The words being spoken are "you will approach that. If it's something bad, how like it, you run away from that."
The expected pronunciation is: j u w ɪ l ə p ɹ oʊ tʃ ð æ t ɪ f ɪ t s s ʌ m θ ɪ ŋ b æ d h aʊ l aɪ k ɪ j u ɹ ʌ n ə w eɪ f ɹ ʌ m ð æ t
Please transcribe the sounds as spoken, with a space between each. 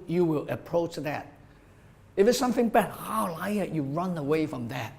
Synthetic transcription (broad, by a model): j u w ɪ l ə p ɹ oʊ tʃ ð æ t ɪ f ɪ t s s ʌ m θ ɪ ŋ b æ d h aʊ l aɪ ɪ j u ɹ ʌ n ə w eɪ f ɹ ʌ m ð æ t